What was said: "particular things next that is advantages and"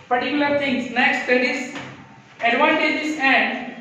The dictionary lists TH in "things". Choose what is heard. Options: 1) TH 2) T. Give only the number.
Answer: 2